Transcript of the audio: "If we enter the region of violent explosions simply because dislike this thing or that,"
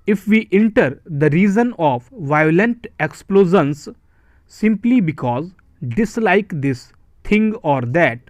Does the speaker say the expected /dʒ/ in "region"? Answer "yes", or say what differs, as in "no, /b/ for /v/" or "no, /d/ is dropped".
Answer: no, /z/ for /dʒ/